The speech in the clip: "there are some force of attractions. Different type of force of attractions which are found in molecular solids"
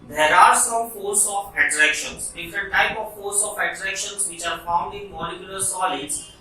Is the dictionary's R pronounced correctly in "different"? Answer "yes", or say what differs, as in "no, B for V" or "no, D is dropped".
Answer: no, R is dropped